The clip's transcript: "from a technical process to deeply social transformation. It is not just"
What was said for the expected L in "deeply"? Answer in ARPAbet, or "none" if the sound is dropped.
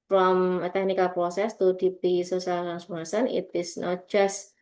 none